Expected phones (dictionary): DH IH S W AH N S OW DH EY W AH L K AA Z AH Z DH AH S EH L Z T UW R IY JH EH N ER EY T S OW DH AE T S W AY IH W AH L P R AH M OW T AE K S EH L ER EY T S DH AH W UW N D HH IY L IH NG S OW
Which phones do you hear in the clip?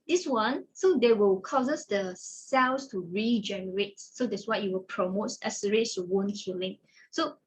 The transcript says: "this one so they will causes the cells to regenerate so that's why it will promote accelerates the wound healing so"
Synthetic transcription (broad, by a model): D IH S W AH N S OW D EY W AH L K AA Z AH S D AH S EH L S T UW R IY JH EH N ER EY T S OW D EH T S W AY IH W AH L P R AH M OW T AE S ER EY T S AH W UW N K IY L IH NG S OW